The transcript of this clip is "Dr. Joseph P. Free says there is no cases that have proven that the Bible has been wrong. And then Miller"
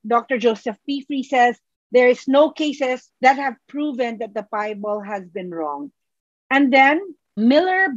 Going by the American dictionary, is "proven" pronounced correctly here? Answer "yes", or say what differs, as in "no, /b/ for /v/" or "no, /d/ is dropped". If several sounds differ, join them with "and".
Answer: yes